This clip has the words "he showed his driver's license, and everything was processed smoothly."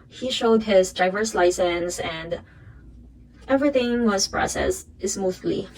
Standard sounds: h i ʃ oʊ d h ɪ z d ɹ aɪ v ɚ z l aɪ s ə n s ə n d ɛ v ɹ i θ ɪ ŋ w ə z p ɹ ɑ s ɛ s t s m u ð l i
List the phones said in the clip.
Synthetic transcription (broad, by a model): h i ʃ oʊ d h ɪ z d aɪ v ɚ s l aɪ s ə n s ə n d ɛ v ɹ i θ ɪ ŋ w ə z p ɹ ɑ s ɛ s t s m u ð l i